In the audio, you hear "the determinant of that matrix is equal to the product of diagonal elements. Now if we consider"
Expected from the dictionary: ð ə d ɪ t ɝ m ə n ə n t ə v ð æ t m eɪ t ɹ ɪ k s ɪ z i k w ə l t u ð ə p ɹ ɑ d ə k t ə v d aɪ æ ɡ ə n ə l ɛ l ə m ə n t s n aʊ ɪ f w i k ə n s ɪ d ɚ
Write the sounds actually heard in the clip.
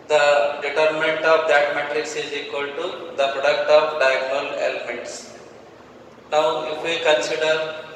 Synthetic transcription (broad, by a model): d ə d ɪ t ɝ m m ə n t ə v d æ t m eɪ t ɹ ɪ k s ɪ z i k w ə l t u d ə p ɹ ɑ d ə k t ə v d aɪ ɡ n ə l ɛ l ə m ə n t s n aʊ ɪ f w i k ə n s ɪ d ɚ